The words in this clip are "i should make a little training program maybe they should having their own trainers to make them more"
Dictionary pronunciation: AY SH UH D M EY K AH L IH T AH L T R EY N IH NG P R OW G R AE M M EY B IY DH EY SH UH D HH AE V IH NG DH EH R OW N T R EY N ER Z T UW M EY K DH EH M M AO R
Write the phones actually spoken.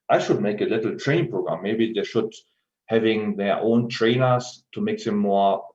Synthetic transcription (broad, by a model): AY SH UH D M EY K AH L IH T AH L T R EY IH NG P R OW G R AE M M EY B IY DH EY SH UH D HH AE V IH NG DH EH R OW N T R EY N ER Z T UW M EY K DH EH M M AO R